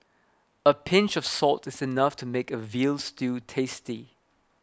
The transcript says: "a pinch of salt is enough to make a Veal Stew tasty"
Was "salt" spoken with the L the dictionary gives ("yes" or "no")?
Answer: yes